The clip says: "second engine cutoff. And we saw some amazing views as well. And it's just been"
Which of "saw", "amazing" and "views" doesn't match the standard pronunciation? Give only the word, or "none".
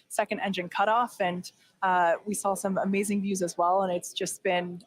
none